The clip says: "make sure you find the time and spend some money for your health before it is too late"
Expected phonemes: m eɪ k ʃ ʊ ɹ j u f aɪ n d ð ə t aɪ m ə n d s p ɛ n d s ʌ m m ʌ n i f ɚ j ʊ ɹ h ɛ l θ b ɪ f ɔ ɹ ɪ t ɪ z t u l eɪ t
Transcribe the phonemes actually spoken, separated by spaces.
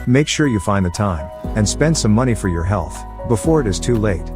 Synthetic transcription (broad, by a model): m eɪ k ʃ ʊ ɹ j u f aɪ n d ð ə t aɪ m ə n s p ɛ n d s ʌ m m ʌ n i f ɚ j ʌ ɹ h ɛ l θ b ɪ f ɔ ɹ ɪ t ɪ z t u l eɪ t